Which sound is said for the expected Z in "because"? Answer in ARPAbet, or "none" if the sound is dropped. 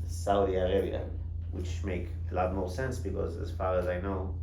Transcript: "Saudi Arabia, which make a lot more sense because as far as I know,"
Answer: Z